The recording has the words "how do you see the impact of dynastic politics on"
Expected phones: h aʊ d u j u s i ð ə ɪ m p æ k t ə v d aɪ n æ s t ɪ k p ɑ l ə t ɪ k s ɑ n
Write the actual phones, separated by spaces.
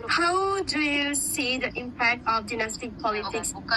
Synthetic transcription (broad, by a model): h aʊ d u j u s i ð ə ɪ m p æ k t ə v d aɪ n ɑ s t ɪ k p ɑ l ə t ɪ k s